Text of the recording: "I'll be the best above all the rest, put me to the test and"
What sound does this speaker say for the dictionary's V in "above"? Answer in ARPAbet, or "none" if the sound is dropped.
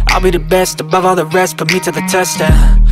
V